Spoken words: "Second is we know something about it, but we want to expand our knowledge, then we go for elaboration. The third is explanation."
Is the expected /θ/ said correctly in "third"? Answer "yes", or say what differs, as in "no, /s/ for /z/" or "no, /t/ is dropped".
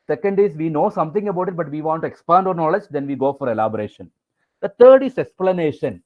no, /t/ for /θ/